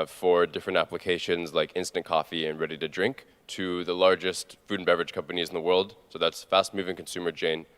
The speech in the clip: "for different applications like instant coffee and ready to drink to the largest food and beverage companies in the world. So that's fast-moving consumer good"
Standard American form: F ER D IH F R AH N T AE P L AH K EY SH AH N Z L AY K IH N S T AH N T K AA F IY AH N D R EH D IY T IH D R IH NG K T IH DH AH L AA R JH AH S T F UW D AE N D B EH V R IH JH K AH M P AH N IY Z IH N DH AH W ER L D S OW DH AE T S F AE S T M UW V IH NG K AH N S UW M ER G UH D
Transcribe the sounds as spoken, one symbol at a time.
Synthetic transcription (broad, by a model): F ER D IH F R AH N T AE P L AH K EY SH AH N Z L AY K IH N S T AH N K AA F IY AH N R EH D IY T IH D R IH NG K T IH DH AH L AA R JH AH S T F UW D N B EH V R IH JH K AH M P AH N IY Z N DH AH W ER L D S OW DH AE T S F AE S T M UW V IH NG K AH N S UW M ER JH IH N